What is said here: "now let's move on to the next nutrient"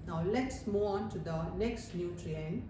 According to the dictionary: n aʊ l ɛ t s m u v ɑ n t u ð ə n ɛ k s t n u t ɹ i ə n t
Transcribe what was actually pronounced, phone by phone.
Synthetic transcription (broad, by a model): n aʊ l ɛ t s m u ɑ n t u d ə n ɛ k s t n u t ɹ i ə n